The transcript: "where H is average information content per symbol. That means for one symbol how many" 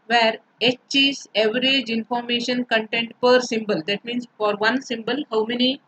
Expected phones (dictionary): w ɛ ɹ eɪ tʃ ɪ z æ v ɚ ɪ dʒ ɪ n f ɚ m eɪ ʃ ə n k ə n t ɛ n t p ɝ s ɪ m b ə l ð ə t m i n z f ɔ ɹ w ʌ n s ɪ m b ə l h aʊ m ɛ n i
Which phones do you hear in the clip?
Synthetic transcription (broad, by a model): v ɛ ɹ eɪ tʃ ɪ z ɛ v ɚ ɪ dʒ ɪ n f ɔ m eɪ ʃ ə n k ə n t ɛ n t p ɝ s ɪ m b ə l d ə t m i n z f ɔ ɹ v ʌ n s ɪ m b ə l h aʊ m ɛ n i